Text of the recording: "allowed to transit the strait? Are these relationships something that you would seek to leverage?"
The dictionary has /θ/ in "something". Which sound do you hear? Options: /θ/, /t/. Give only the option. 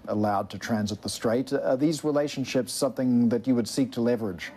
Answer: /θ/